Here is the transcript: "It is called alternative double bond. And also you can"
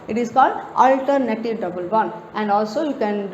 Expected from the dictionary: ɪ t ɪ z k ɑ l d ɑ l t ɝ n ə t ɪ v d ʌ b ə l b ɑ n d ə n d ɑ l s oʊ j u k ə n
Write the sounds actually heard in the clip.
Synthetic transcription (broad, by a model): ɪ t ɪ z k ɑ l d ɑ l t ɝ n ə t ɪ v d ʌ b ə l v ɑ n ə n d ɑ l s oʊ j u k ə n